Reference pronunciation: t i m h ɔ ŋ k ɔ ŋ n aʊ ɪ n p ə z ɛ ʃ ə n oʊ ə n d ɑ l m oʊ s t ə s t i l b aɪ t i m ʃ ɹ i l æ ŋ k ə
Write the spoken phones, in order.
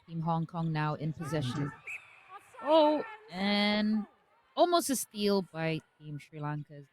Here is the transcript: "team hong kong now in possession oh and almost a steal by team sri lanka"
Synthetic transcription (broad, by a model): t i m h ɔ ŋ k ɔ ŋ n aʊ ɪ n p ə z ɛ ʃ ə n oʊ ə n ɑ l m oʊ s t ə s t i l b aɪ t i m ʃ ɹ i l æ ŋ k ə